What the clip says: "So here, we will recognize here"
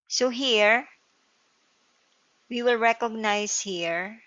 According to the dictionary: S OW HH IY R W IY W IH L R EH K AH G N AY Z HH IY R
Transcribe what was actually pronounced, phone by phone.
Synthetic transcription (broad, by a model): S OW HH IY R W IY W IH L R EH K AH G N AY S HH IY R